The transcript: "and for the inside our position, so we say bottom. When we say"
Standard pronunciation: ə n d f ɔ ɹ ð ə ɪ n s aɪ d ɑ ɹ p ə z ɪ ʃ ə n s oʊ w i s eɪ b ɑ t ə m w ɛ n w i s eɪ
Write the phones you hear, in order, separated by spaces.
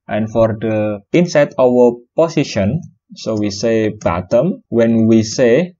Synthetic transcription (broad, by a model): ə n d f ɔ ɹ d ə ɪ n s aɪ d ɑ w p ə s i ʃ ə n s oʊ w i s eɪ b ɑ t ə m w ɛ n w i s eɪ